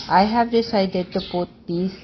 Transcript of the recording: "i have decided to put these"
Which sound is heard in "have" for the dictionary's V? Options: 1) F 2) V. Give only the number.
2